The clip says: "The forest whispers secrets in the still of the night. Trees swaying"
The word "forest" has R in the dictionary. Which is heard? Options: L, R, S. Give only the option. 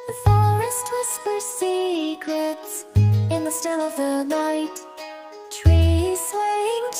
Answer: R